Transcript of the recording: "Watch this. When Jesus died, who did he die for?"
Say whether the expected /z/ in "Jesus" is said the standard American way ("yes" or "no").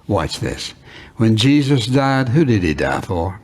yes